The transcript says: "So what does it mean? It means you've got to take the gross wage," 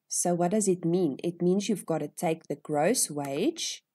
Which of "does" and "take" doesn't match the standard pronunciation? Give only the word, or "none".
none